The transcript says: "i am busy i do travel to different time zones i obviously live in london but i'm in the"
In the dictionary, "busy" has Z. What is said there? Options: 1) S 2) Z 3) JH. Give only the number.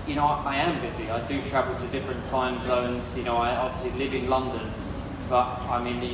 2